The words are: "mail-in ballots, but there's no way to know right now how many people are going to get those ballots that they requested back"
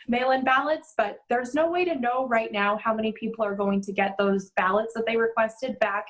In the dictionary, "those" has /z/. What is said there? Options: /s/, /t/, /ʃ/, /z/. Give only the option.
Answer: /z/